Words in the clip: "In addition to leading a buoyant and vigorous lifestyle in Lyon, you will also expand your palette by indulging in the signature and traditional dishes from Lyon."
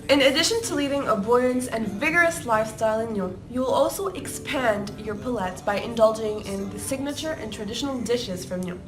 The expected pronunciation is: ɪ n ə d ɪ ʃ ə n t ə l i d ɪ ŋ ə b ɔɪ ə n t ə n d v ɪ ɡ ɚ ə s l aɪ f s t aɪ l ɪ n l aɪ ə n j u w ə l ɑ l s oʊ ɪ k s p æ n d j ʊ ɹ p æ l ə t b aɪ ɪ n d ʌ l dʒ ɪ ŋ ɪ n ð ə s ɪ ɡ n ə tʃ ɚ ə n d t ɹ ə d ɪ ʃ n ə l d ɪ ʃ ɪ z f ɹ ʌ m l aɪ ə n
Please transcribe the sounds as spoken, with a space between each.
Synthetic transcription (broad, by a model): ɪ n ə d ɪ ʃ ə n t ə l i d ɪ ŋ ə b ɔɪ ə n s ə n v ɪ ɡ ɚ ə s l aɪ f s t aɪ l ɪ n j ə j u w ə l ɑ l s oʊ ɪ k s p æ n d j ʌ ɹ p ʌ l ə t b aɪ ɪ n d ʌ l dʒ ɪ ŋ ɪ n ð ə s ɪ ɡ n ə tʃ ɚ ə n t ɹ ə d ɪ ʃ n l d ɪ ʃ ɪ z f ɹ ʌ m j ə